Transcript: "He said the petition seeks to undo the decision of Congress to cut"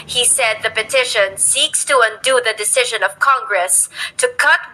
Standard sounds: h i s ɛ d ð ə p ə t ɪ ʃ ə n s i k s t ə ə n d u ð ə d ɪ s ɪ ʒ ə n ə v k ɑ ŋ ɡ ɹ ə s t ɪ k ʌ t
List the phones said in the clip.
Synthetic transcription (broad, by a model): h i s ɛ d ð ə p ə t ɪ ʃ ə n s i k s t ə ə n d u ð ə d ɪ s ɪ ʒ ə n ə v k ɑ ŋ ɡ ɹ ə s t ɪ k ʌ t